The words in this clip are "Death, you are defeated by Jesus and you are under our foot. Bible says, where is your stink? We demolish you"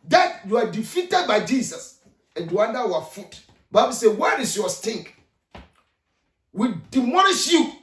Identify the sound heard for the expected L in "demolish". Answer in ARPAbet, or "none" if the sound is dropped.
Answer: N